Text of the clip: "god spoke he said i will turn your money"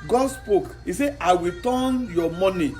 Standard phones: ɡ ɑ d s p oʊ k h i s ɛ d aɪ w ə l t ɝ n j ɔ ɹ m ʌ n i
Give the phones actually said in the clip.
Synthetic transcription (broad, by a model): ɡ ɑ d s p oʊ k h i s ɛ aɪ w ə t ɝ n j ɔ m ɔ n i